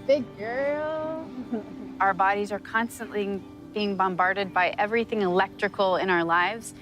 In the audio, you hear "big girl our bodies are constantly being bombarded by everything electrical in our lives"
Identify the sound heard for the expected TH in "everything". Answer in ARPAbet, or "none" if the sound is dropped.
TH